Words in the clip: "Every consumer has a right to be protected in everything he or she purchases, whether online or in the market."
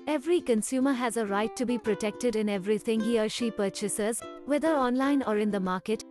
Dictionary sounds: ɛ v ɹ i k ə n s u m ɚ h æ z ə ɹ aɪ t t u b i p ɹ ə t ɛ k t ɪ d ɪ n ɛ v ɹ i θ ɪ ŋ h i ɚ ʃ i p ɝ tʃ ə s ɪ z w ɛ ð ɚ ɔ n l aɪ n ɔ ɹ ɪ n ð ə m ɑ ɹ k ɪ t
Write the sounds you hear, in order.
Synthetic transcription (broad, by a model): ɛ v ɹ i k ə n s u m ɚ h æ z ə ɹ aɪ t t u b i p ɹ ə t ɛ k t ɪ d ɪ n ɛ v ɹ i t ɪ ŋ h i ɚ ʃ i p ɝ tʃ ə s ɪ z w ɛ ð ɚ ɔ n l aɪ n ɔ ɹ ɪ n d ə m ɑ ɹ k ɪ t